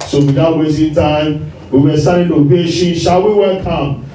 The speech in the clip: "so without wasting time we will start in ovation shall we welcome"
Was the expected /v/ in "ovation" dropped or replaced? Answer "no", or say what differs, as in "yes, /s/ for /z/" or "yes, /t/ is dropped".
yes, /p/ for /v/